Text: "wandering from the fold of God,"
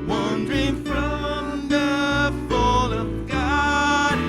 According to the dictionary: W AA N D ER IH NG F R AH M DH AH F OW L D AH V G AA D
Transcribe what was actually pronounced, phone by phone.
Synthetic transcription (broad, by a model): W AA N D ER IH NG F R AH M DH AH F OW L AH V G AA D